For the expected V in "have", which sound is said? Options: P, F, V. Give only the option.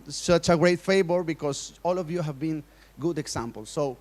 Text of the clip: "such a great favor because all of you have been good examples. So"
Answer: V